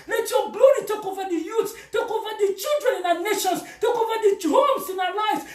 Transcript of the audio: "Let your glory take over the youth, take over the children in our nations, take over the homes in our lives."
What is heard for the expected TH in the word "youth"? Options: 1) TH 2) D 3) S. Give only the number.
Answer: 3